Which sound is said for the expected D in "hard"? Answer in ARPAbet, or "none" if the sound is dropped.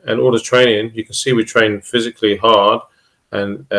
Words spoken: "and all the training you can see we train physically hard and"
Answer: D